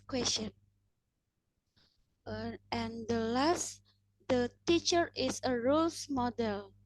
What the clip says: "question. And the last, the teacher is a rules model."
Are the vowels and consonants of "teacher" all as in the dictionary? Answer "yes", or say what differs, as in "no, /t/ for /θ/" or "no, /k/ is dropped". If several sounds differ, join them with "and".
yes